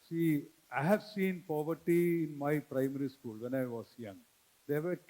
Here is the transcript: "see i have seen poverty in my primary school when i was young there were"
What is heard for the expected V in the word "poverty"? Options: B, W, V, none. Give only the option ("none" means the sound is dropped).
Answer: V